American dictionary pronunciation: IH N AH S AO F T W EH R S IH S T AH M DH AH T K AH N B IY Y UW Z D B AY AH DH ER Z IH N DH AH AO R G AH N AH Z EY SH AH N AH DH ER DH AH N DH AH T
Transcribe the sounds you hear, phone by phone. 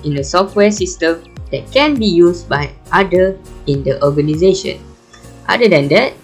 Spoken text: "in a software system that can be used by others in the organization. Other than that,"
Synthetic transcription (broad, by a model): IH N AH S AO F T W EH S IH S T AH M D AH T K AH N B IY Y UW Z B AY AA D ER IH N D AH AO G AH N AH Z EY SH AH N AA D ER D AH N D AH T